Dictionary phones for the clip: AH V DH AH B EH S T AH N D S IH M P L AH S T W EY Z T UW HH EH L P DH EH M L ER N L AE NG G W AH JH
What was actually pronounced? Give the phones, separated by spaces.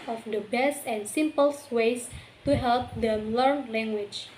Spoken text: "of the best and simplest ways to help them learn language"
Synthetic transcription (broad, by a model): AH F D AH B EH S T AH N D S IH M P AH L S W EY S T UW HH EH L P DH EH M L ER N L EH NG G W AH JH